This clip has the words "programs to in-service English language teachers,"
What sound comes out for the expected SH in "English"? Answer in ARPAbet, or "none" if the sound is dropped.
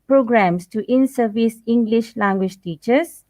SH